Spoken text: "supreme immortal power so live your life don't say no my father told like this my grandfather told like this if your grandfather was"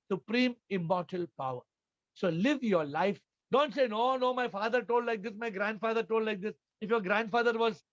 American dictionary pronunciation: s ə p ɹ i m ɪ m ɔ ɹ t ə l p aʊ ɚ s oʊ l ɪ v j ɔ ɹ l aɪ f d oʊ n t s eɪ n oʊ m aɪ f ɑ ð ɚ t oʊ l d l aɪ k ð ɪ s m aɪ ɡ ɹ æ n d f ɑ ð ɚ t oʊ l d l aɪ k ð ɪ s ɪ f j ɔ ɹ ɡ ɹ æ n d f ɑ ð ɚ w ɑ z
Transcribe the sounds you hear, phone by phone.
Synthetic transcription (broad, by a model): s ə p ɹ i m ɪ m ɔ ɹ t ə l p aʊ ɚ s oʊ l ɪ v j ɔ ɹ l aɪ f d oʊ n t s eɪ n oʊ m aɪ f ɑ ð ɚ t oʊ l d l aɪ k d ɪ s m aɪ ɡ ɹ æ n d f ɑ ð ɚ t oʊ l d l aɪ k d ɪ s ɪ f j ɔ ɹ ɡ ɹ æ n d f ɑ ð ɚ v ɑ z